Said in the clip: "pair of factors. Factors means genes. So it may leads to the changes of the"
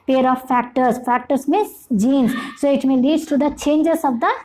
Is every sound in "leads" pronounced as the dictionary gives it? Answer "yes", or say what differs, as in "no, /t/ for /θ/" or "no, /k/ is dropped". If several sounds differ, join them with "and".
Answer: no, /z/ is dropped